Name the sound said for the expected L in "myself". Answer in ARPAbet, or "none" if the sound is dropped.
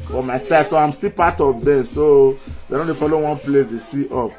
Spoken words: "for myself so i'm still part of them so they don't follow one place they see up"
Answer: none